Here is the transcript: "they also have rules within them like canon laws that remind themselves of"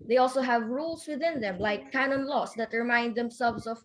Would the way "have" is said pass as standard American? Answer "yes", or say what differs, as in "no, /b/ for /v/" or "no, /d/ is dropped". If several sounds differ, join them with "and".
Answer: yes